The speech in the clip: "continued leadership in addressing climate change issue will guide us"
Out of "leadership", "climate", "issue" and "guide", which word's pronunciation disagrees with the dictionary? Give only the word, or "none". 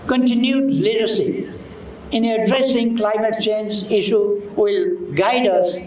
leadership